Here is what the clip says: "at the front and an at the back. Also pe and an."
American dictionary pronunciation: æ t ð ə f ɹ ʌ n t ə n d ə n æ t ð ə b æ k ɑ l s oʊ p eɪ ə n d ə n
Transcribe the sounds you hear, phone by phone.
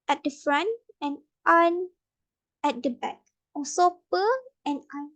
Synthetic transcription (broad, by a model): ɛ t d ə f ɹ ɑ n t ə n ə n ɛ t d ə b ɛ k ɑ s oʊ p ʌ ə n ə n